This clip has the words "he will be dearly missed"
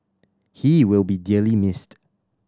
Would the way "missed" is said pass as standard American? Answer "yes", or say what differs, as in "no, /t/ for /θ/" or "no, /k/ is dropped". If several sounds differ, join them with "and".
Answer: yes